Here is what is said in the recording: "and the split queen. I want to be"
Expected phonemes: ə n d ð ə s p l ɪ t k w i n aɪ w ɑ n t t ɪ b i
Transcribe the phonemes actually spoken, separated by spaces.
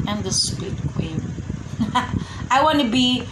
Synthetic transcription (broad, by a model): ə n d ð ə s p ɪ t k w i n aɪ w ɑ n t t ɪ b i